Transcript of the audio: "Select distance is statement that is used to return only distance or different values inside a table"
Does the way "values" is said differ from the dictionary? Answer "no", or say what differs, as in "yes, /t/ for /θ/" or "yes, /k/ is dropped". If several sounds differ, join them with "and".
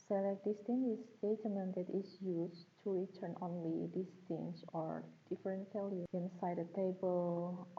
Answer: yes, /z/ is dropped